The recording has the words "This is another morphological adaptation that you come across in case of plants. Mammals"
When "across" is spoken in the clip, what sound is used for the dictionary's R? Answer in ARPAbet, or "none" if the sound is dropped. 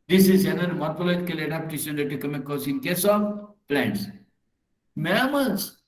none